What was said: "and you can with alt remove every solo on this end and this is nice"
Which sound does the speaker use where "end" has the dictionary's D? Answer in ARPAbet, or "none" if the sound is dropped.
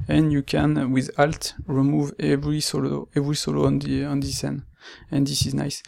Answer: none